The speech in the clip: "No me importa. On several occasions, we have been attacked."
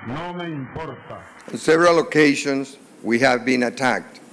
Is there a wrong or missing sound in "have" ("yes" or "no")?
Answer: no